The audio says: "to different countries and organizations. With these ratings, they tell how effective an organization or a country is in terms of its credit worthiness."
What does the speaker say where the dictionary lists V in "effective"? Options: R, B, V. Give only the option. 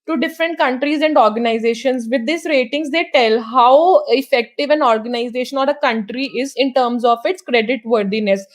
V